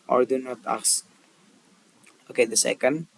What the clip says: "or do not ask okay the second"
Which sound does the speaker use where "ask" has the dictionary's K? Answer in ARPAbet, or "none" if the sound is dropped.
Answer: none